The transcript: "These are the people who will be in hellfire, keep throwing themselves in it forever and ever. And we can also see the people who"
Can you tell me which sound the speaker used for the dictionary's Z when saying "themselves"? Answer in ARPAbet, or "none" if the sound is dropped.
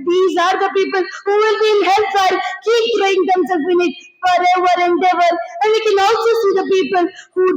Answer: none